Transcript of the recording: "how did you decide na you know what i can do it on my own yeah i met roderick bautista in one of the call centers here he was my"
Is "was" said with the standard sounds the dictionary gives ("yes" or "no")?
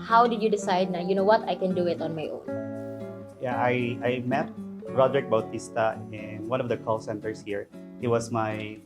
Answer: no